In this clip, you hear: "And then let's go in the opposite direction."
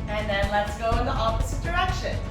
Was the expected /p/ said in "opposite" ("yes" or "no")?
no